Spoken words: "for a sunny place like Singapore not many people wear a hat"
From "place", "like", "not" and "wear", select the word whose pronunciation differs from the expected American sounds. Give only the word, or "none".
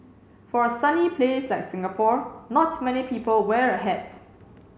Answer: none